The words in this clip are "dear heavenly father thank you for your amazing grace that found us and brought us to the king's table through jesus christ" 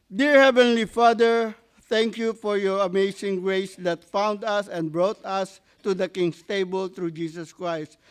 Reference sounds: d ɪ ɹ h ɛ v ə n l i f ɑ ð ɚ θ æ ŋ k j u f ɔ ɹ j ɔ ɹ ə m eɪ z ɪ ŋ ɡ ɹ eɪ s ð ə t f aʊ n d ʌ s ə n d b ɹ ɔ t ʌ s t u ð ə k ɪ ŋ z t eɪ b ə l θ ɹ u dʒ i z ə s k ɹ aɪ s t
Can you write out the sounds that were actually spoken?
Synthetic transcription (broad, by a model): d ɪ ɹ h ɛ v ə n l i f ɑ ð ɚ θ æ ŋ k j u f ɔ ɹ j ɔ ɹ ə m eɪ s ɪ ŋ ɡ ɹ eɪ s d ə t f aʊ n d ʌ s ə n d b ɹ ɔ t ʌ s t u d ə k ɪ ŋ s t eɪ b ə l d ɹ u dʒ i s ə s k ɹ aɪ s t